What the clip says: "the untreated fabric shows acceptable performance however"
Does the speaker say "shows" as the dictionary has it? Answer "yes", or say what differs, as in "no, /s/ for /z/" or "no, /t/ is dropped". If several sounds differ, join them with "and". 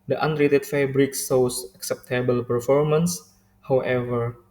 no, /s/ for /ʃ/ and /s/ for /z/